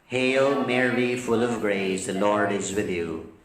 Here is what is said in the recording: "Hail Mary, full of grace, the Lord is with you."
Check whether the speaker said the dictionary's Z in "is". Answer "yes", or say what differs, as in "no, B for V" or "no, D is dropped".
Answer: yes